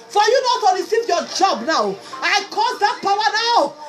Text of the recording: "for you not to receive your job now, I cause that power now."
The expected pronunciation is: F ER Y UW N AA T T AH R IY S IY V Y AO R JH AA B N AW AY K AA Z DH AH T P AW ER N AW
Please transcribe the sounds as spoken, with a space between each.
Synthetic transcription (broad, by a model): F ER Y UW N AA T T AH L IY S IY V Y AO JH AA B N AW AY K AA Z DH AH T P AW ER N AW